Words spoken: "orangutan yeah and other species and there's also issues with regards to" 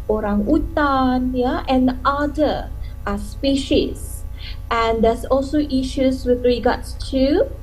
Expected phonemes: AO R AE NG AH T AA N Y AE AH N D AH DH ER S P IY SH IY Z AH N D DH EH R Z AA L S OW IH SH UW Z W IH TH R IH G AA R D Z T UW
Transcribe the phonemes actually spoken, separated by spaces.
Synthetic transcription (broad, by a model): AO R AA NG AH T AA N Y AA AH N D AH AA S P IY SH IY S AH N D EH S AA L S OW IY SH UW S W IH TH R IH G AA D S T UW